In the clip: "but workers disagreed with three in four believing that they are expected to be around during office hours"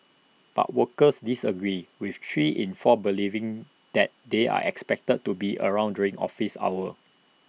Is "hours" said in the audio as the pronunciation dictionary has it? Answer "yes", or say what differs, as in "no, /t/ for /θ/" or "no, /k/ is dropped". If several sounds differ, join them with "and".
no, /z/ is dropped